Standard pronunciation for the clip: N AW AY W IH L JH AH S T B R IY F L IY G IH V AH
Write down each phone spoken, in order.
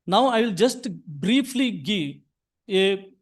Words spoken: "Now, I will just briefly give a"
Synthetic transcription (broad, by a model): N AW AY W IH L JH AH S T B R IY F L IY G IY AH